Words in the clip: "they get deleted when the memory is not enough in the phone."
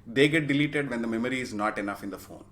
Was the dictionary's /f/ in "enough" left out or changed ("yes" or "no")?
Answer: no